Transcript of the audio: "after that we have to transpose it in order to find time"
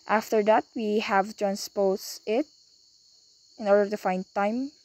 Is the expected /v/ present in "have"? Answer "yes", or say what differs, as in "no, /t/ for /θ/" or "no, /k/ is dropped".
yes